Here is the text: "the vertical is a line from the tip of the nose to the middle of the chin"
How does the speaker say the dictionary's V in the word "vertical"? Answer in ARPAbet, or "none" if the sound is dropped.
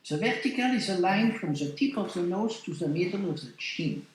V